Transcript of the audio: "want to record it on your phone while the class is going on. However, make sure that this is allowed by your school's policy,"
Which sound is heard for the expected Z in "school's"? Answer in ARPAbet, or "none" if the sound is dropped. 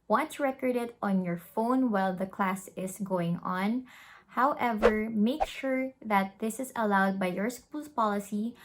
S